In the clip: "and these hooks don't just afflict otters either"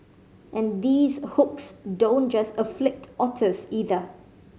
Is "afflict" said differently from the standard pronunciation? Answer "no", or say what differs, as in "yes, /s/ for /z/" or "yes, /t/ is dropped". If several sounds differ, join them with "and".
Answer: no